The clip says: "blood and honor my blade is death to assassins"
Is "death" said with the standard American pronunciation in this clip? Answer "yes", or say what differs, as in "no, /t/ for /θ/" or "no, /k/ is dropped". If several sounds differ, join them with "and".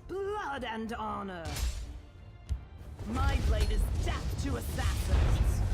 no, /f/ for /θ/